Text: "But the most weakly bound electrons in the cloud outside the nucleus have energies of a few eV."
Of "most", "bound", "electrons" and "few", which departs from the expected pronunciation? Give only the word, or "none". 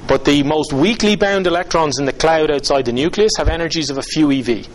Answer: none